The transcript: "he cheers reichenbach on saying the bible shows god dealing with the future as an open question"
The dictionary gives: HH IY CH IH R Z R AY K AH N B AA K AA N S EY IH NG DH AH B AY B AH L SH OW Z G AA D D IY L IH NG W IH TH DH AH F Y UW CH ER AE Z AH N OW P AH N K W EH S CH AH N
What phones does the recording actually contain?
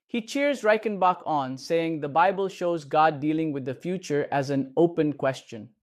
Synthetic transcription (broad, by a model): HH IY CH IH R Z R AY K AH N B AA K AA N S EY IH NG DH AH B AY B AH L SH OW Z G AA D D IY L IH NG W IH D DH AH F Y UW CH ER AE Z AH N OW P AH N K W EH S CH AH N